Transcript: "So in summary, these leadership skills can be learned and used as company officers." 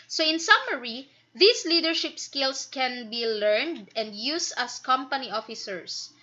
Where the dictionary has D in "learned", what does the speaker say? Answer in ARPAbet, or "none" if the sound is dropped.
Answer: D